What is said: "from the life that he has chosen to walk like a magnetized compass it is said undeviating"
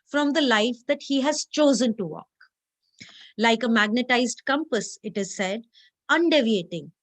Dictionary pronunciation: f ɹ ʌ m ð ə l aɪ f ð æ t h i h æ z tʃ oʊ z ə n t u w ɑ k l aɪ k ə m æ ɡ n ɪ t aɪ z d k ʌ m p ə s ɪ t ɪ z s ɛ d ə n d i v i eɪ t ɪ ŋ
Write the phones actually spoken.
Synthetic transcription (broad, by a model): f ɹ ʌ m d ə l aɪ f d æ t h i h æ z tʃ oʊ z ə n t u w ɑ k l aɪ k ə m æ ɡ n ɪ t aɪ z d k ʌ m p ə s ɪ t ɪ z s ɛ d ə n d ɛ v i eɪ t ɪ ŋ